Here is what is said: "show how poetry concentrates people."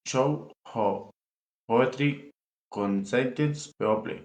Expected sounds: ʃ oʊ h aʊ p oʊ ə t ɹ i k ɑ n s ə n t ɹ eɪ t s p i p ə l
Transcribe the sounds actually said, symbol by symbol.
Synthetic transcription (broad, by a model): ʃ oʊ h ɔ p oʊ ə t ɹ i k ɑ n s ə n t eɪ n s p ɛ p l